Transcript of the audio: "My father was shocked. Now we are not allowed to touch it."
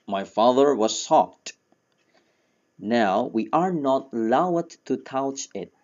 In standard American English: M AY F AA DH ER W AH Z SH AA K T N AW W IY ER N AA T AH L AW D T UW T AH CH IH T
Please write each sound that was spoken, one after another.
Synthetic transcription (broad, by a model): M AY F AA DH ER W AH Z S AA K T N AW W IY ER N AA T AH L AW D T UW T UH CH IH T